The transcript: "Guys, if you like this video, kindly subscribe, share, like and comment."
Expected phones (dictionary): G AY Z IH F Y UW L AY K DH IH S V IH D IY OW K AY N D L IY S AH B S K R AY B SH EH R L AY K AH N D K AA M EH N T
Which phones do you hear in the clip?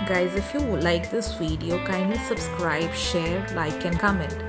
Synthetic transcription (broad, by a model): G AY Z IH F Y UW L AY K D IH S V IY D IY OW K AY N D IY S AH B S K R AY B SH EH R L AY K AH N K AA M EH N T